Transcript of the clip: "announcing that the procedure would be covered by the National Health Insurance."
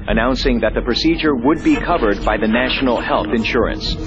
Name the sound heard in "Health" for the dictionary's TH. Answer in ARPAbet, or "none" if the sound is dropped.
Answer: TH